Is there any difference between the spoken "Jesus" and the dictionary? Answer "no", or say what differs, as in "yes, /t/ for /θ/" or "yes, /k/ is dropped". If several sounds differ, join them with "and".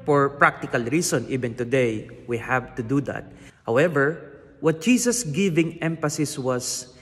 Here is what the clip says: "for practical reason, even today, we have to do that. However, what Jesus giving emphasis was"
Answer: yes, /s/ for /z/